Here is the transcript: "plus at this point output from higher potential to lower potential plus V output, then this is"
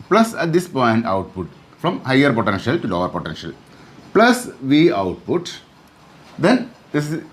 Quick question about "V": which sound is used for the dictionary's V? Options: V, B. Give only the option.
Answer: V